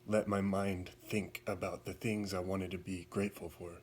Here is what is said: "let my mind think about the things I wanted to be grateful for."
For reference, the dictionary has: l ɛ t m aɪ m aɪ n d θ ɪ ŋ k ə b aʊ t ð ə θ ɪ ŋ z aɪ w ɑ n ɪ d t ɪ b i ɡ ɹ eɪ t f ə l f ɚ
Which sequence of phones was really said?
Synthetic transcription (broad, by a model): l ɛ t m aɪ m aɪ n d θ ɪ ŋ k ə b aʊ t ð ə θ ɪ ŋ z aɪ w ɑ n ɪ d t ɪ b i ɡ ɹ eɪ t f l f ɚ